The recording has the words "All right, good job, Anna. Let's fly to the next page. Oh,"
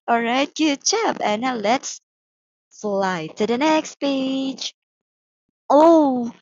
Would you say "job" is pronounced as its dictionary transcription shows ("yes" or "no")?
no